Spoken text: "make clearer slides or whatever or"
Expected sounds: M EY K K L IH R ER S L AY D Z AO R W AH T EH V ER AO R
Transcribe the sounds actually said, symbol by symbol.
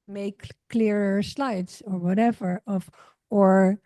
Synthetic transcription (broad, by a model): M EY K K L IH R ER S L AY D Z AO R W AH T EH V ER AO R